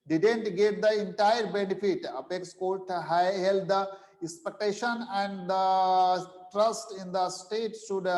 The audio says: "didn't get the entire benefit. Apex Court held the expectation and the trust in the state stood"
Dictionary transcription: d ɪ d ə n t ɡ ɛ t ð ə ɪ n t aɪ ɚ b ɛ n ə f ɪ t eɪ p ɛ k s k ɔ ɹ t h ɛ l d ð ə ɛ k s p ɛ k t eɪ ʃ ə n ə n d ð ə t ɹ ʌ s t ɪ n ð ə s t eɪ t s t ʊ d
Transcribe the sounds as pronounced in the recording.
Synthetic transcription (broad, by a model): d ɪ d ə n t ɡ ɛ t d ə ɪ n t aɪ ɚ b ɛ n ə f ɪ t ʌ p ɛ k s k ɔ l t h ɛ l d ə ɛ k s p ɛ k t eɪ ʃ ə n ə n d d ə t ɹ ʌ s t ɪ n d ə s t eɪ t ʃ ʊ d